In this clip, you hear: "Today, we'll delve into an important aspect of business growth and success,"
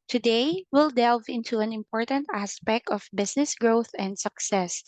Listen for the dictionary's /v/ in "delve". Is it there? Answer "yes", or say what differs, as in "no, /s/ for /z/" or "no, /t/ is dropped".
yes